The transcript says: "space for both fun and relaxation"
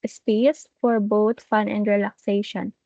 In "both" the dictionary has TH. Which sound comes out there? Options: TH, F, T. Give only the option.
T